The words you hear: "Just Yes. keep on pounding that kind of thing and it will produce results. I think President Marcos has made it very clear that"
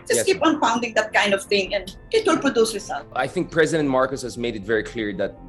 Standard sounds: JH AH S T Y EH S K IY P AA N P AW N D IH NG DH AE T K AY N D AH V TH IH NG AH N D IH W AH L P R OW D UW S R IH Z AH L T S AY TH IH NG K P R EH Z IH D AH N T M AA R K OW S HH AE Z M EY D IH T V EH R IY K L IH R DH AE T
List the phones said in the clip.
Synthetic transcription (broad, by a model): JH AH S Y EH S K IY P AA N F AW N D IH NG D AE T K AY N D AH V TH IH NG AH N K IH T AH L P R OW D UW S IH S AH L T AY TH IH NG K P R EH Z IH D AH N T M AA R K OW S HH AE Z M EY D IH T V EH R IY K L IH R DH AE T